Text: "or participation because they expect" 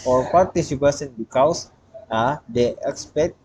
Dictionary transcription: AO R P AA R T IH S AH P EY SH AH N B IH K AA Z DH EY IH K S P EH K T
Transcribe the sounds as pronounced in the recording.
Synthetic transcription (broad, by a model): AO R P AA R T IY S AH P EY S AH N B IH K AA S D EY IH K S P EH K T